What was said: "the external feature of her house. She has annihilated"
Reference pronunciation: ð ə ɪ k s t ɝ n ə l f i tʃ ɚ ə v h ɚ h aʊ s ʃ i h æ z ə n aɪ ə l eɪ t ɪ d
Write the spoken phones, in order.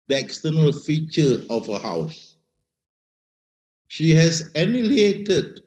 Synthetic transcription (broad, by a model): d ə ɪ k s t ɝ n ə l f i tʃ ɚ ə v h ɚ h aʊ s ʃ i h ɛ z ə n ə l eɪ t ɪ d